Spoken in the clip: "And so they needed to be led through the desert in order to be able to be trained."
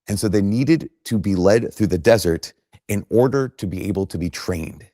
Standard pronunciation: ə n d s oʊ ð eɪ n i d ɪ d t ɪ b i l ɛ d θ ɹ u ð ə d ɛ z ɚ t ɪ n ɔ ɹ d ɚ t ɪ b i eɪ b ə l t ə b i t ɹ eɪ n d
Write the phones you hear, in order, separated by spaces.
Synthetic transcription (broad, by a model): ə n s oʊ ð eɪ n i d ɪ d t ɪ b i l ɛ d θ ɹ u ð ə d ɛ z ɚ t ɪ n ɔ ɹ d ɚ t ɪ b i eɪ b l t ə b i t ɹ eɪ n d